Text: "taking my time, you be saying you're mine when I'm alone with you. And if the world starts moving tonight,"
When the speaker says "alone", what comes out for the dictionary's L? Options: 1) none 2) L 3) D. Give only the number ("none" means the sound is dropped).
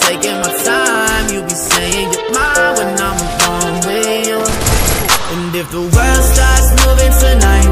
1